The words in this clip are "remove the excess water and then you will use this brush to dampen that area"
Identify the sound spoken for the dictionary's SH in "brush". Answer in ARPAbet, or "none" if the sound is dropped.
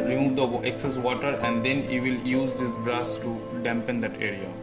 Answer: S